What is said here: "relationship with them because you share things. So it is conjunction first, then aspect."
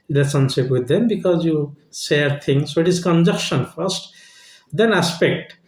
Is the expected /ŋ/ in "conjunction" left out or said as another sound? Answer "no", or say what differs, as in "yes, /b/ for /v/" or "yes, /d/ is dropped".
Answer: yes, /ŋ/ is dropped